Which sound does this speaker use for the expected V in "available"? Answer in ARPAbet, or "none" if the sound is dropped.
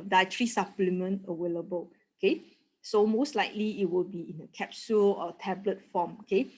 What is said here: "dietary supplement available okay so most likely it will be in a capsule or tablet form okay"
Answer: W